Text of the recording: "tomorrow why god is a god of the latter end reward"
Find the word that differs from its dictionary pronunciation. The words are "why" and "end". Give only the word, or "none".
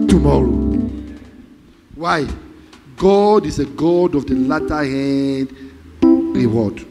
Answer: end